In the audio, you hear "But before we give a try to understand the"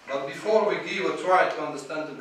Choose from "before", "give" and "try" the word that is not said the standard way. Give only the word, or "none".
give